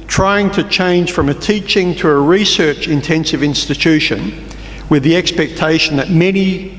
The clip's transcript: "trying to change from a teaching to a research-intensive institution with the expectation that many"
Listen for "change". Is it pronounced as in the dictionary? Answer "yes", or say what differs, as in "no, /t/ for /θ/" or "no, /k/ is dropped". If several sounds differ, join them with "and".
no, /ʒ/ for /dʒ/